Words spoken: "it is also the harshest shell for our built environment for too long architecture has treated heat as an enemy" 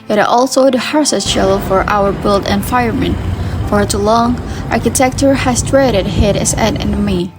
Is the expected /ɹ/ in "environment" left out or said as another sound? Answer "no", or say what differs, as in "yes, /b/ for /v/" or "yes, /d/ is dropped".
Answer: yes, /ɹ/ is dropped